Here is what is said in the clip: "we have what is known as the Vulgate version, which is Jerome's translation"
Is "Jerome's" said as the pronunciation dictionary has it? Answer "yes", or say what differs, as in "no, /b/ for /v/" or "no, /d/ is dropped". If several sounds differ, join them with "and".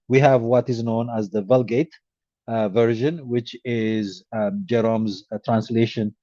yes